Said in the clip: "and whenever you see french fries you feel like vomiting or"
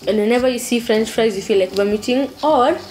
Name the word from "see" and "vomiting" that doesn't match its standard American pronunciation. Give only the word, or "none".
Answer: vomiting